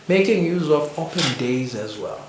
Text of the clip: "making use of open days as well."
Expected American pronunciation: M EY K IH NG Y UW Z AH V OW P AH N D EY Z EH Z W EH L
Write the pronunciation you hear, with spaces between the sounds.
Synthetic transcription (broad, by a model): M EY K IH NG Y UW Z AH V OW P AH N D EY Z EH Z W EH L